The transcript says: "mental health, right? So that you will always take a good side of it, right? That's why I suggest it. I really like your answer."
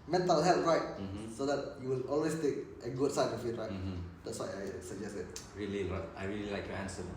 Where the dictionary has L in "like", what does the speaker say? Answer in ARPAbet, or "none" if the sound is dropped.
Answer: L